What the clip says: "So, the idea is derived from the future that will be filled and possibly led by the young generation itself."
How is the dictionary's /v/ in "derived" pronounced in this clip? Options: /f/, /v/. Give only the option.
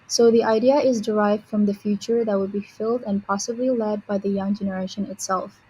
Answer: /v/